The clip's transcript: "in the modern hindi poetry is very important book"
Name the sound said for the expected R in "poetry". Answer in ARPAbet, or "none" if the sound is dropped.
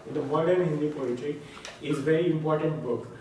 none